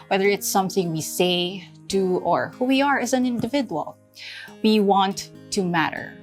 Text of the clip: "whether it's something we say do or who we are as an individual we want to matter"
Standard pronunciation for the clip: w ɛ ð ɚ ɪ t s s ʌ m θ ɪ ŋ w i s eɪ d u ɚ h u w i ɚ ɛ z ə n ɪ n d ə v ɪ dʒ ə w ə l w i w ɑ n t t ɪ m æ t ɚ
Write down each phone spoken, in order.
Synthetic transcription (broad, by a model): w ɛ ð ɚ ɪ t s s ʌ m θ ɪ ŋ w i s eɪ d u ɚ h u w i ɚ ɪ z ə n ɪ n d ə v ɪ dʒ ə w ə l w i w ɑ n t t ɪ m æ t ɚ